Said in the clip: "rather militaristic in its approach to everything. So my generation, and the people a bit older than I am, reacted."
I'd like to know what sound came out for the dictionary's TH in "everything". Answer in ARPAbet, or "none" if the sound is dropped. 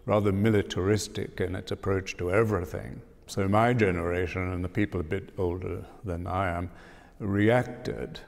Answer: TH